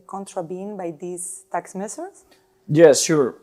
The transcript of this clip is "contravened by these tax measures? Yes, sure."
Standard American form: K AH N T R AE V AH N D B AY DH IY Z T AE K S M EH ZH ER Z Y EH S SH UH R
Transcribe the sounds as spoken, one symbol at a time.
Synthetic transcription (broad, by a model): K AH N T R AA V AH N B AY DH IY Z T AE K S M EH S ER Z Y EH S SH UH R